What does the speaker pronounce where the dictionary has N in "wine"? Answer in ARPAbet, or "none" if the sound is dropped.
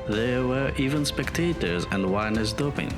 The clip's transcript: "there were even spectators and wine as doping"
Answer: N